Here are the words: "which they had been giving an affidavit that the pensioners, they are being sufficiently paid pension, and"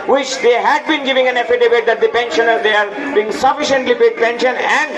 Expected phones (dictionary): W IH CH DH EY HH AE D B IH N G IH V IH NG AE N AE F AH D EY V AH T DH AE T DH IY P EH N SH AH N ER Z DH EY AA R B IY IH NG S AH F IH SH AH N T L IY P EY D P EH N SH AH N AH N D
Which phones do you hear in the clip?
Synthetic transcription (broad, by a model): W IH CH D EY HH AE D B IH N G IH V IH NG AE N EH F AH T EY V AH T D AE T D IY P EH N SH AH N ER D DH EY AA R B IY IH NG S AH F IH SH AH N T L IY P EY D P EH N SH AH N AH N D